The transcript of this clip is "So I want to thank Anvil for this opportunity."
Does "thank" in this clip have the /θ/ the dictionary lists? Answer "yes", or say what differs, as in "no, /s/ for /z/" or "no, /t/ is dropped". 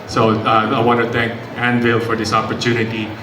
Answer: no, /t/ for /θ/